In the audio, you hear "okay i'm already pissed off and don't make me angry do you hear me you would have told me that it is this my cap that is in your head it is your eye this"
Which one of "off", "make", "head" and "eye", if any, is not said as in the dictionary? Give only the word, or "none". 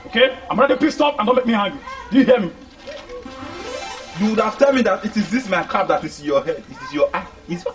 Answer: off